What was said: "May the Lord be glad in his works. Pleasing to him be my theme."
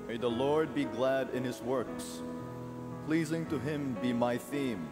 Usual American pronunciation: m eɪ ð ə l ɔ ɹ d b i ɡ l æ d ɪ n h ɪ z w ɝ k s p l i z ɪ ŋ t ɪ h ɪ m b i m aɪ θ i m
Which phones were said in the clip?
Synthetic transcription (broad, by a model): m eɪ ð ə l ɔ ɹ d b i ɡ l æ d ɪ n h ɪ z w ɝ k s p l i z ɪ ŋ t ɪ h ɪ m b i m aɪ θ i m